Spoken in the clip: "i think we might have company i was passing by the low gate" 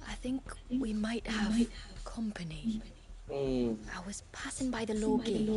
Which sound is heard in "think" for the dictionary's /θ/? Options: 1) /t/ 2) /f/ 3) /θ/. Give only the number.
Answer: 3